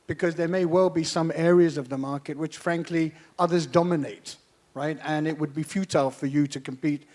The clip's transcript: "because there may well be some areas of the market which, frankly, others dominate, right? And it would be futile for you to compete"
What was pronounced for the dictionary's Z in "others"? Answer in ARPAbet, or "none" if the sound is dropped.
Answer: Z